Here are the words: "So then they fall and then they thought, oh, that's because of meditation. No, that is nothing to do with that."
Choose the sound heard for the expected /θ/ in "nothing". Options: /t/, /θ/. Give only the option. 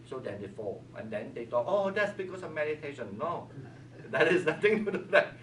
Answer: /t/